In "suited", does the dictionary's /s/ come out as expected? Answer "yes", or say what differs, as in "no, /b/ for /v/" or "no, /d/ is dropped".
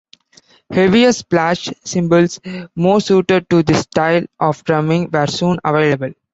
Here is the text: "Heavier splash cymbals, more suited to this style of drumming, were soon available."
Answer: yes